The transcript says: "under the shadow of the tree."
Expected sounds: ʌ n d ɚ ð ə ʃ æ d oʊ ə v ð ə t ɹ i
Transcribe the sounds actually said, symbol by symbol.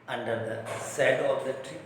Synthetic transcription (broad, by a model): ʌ n d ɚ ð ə s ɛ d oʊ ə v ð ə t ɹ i